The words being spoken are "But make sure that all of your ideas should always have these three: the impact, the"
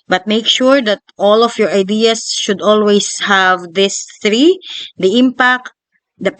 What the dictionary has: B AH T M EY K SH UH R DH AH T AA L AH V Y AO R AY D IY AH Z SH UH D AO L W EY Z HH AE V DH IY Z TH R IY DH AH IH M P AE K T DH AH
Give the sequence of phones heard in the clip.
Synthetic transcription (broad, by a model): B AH T M EY K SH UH R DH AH T AA L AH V Y AO R AY D IY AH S SH UH D AO L W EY S HH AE V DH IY S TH R IY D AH IH M P AE K T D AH